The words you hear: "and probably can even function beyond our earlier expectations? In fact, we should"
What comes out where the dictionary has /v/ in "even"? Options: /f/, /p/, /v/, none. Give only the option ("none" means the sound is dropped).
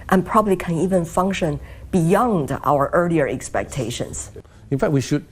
/v/